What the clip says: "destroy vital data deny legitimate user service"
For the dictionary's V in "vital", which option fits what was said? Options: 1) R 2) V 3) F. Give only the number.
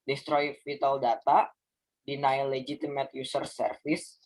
3